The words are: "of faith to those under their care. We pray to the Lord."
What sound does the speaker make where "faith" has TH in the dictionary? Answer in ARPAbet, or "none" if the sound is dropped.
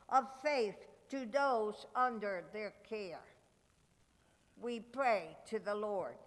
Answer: TH